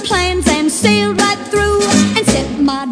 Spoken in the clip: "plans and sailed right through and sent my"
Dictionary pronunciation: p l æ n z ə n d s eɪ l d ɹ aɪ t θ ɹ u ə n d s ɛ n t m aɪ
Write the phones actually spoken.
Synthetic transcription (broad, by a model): p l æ n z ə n s eɪ l d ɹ aɪ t θ ɹ u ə n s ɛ t m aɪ